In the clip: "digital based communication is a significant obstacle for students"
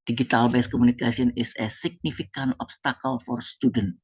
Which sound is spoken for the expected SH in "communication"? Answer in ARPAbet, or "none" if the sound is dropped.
S